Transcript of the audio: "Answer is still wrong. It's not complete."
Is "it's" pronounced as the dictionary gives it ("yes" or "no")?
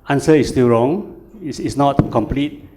no